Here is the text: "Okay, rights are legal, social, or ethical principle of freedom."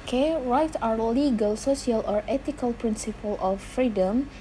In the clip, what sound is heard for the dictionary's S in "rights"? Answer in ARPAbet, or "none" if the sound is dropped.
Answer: none